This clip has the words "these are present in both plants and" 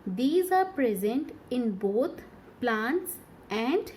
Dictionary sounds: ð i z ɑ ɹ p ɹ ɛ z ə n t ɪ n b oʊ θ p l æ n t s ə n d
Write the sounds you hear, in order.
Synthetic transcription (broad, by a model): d i z ɑ ɹ p ɹ ɛ z ə n t ɪ n b oʊ t p l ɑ n t s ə n d